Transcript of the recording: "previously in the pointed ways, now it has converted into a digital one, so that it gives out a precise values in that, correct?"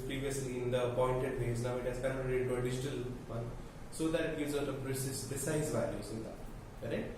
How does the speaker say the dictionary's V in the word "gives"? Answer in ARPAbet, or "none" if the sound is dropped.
none